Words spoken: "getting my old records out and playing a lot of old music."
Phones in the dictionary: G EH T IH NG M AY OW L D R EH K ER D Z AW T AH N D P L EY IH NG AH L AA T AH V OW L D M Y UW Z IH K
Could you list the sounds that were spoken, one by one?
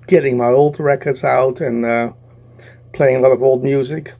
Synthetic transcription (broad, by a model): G EH T IH NG M AY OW L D R EH K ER D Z AW T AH N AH P L EY IH NG AH L AA T AH V OW L D M Y UW Z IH K